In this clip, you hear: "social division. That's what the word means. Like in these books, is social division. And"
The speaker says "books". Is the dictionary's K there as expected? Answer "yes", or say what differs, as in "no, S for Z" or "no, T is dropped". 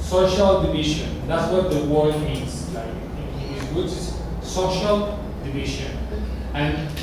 no, K is dropped